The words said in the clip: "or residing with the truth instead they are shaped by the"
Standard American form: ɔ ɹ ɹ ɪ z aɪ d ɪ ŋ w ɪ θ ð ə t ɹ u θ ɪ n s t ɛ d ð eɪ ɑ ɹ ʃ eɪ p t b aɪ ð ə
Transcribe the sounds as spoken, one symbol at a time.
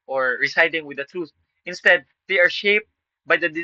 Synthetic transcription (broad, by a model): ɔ ɹ ɹ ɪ s aɪ d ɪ ŋ w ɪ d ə t ɹ u θ ɪ n s t ɛ d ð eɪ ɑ ɹ ʃ eɪ p t b aɪ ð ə